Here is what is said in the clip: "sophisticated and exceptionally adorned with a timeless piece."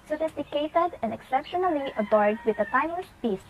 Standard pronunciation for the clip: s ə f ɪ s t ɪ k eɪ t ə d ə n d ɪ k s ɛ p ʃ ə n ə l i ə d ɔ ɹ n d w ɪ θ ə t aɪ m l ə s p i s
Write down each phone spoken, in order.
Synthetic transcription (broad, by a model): s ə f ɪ s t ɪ k eɪ t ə d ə n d ɪ k s ɛ p ʃ ə n ə l i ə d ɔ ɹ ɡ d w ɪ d ə t aɪ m ə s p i s